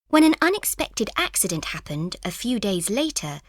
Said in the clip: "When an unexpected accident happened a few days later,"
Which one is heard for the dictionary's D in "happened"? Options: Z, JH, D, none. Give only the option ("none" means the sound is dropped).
D